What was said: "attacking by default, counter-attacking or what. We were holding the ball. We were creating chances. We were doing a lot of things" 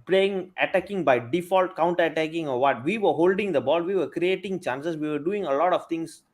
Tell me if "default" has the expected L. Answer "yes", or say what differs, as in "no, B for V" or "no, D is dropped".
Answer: yes